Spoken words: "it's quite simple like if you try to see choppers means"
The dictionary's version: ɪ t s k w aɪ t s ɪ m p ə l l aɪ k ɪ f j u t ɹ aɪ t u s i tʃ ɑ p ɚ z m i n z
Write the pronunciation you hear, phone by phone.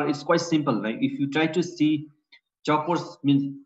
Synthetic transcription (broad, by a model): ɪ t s k w aɪ t s ɪ m p ə l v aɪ ɪ f j u t ɹ aɪ t u s i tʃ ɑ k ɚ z m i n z